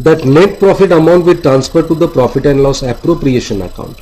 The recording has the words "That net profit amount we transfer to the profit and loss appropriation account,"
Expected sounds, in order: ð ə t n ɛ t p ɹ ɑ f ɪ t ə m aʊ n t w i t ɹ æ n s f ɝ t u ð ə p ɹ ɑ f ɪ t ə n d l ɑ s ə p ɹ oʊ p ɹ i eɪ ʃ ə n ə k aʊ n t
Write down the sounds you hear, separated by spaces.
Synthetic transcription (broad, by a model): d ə t n ɛ t p ɹ ɑ f ɪ t ə m aʊ n t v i t ɹ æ n s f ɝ t u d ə p ɹ ɑ f ɪ t ə n d l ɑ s ə p ɹ oʊ p ɹ i eɪ ʃ ə n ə k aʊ n t